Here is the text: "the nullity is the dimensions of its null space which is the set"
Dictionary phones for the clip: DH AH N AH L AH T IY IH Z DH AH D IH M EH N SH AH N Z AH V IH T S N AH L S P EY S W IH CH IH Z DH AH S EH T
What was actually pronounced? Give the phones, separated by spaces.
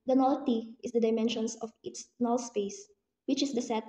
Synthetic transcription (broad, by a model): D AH N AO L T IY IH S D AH D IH M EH N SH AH N S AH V IH T S N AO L S P EY S W IH CH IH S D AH S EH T